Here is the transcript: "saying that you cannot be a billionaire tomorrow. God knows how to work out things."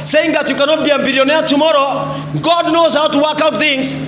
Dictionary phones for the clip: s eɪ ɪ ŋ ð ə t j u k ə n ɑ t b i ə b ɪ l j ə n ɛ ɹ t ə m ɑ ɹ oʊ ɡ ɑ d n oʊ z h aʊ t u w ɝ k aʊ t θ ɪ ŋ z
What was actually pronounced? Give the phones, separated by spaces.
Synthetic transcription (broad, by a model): s eɪ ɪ ŋ ð ə t j u k ə n ɑ t b i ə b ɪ l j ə n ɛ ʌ t ə m ɑ ɹ oʊ ɡ ɑ d n oʊ z h aʊ t u w ɝ k aʊ t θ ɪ ŋ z